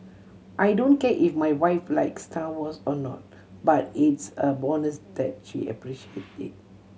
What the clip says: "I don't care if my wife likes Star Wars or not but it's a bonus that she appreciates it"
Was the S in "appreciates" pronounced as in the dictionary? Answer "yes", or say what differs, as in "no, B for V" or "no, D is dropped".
no, S is dropped